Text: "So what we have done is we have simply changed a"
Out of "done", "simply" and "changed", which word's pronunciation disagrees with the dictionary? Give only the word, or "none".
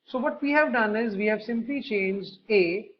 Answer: none